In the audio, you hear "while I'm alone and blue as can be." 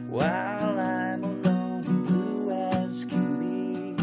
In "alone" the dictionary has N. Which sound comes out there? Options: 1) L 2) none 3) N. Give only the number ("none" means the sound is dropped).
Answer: 2